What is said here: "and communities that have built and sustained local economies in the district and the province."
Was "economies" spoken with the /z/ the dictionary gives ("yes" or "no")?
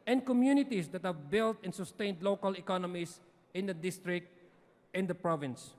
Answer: no